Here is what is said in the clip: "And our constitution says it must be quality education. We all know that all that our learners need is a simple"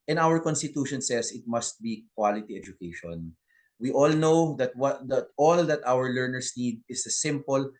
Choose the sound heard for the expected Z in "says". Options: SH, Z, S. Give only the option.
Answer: S